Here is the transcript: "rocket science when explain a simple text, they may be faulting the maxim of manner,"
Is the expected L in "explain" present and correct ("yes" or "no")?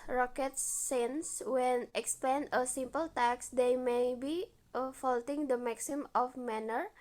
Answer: no